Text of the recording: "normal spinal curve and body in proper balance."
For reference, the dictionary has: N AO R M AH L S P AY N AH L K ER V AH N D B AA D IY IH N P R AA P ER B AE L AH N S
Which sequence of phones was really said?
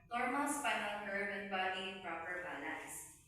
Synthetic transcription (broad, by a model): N AO R M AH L S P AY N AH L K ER B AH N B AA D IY IH N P R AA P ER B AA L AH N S